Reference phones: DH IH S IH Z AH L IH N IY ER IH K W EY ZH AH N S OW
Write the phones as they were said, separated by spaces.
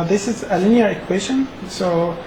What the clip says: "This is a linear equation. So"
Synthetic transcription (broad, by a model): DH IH S IH Z AH L IH N IY ER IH K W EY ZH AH N S OW